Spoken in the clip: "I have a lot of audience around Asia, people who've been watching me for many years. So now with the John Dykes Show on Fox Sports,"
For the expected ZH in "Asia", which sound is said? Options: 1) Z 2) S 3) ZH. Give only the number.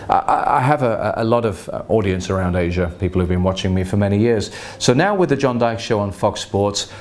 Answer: 3